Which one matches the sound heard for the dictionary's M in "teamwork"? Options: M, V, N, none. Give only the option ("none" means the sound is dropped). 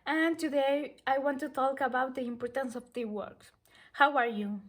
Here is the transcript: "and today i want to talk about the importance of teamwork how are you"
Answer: none